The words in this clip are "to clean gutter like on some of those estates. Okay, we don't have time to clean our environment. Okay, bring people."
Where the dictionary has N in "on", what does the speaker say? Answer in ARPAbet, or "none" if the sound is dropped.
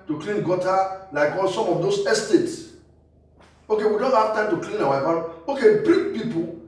L